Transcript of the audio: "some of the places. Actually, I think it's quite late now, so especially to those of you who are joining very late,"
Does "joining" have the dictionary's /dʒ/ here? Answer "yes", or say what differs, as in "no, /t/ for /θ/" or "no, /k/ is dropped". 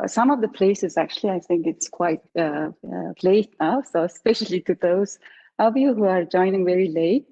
yes